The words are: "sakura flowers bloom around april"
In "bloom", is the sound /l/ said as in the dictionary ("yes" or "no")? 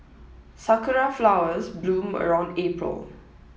yes